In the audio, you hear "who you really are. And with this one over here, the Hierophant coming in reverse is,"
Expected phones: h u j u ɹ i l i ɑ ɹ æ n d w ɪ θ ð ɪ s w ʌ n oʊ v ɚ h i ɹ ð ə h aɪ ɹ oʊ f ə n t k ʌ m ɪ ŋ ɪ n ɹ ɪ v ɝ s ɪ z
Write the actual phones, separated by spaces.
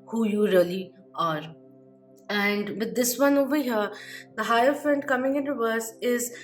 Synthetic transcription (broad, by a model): h u j u ɹ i l i ɑ ɹ æ n d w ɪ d ɪ s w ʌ n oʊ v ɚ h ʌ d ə h aɪ oʊ f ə n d k ʌ m ɪ ŋ ɪ n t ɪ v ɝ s ɪ z